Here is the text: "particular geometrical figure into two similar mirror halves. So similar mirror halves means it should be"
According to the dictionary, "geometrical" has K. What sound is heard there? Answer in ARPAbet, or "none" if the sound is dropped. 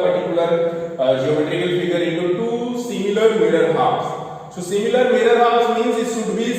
none